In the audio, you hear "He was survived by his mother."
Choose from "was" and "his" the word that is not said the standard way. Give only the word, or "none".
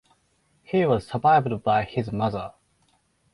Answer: none